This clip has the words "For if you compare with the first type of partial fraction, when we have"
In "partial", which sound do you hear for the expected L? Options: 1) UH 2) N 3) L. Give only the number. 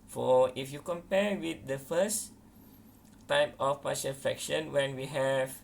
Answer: 2